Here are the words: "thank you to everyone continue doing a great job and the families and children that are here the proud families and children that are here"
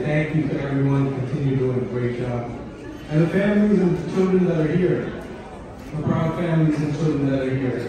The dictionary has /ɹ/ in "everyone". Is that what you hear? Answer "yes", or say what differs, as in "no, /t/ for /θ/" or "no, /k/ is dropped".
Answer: yes